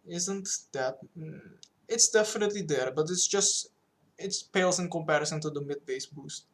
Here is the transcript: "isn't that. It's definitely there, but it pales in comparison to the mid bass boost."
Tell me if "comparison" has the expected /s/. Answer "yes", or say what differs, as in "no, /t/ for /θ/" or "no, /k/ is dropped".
yes